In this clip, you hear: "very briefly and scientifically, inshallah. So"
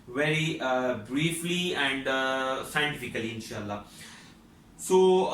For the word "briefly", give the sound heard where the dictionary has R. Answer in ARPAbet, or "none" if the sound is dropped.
R